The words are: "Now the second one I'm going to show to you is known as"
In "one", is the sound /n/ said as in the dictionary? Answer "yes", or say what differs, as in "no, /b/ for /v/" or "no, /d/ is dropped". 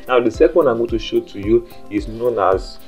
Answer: no, /n/ is dropped